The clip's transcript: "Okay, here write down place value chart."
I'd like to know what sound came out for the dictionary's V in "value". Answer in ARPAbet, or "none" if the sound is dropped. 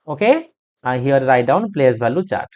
B